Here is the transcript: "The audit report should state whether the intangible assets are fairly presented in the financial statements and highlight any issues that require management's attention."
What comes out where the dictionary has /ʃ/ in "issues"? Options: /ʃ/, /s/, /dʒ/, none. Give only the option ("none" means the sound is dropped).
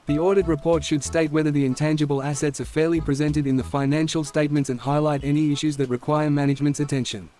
/ʃ/